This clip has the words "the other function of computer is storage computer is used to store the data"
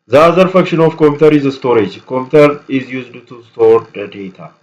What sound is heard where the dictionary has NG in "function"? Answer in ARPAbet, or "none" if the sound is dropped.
none